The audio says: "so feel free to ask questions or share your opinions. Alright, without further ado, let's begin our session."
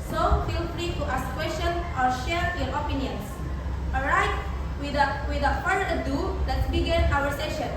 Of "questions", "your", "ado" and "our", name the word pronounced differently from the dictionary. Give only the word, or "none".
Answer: questions